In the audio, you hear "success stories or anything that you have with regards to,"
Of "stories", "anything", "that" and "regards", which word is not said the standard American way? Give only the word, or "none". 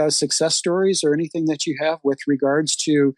none